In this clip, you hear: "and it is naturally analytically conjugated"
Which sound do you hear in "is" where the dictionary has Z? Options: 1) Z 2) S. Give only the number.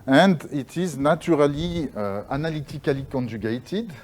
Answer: 1